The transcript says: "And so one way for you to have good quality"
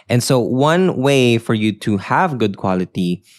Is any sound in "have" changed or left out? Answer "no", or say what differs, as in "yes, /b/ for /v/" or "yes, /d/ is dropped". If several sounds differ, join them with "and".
no